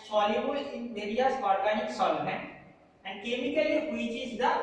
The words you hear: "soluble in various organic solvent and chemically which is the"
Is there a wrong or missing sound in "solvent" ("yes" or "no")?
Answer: yes